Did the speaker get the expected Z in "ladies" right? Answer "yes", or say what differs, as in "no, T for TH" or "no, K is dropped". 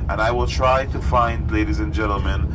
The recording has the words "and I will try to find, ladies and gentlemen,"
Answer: yes